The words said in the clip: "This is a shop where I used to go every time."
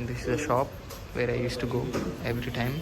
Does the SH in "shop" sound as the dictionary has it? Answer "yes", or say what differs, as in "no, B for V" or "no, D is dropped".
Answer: yes